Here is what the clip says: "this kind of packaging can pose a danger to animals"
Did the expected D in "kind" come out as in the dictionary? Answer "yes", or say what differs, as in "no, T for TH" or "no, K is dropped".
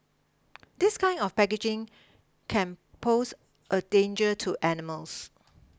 no, D is dropped